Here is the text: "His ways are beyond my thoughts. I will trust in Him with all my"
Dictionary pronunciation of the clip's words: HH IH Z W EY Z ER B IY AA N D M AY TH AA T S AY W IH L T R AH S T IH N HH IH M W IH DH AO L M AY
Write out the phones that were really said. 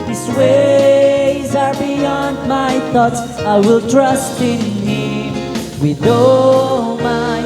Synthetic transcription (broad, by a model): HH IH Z W EY Z ER B IY AA N D M AY TH AA T S AY W IH L T R AH S T IH N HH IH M W IH DH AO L M AY